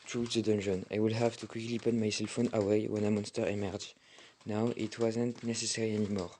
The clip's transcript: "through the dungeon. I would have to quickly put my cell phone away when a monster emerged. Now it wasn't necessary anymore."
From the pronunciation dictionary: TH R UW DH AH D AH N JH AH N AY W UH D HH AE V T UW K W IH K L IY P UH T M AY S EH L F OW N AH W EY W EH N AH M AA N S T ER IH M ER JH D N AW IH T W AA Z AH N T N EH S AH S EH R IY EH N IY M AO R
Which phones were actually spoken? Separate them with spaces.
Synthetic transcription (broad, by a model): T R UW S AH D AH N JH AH N AY W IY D HH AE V T UW K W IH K L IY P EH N M AY S EH L F OW N AH W EY W EH N AH M AA N S T ER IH M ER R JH N AW IH T W AA Z AH N T N EH S AH S EH R IY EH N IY M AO R